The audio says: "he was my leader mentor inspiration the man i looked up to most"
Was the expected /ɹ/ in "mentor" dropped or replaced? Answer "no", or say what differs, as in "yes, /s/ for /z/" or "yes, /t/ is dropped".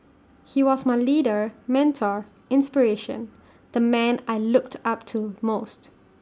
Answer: no